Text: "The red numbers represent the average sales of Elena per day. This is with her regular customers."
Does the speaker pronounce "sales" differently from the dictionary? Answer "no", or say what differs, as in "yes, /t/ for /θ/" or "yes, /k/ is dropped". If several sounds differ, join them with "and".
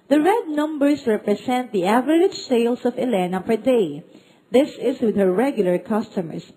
yes, /s/ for /z/